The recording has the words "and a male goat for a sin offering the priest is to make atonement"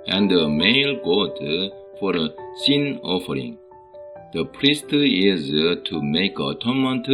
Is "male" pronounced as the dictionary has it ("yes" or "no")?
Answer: yes